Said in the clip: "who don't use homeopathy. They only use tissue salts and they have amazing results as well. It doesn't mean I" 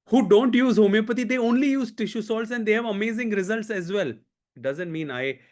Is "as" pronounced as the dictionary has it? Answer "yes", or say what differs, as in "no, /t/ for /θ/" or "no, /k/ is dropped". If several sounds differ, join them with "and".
yes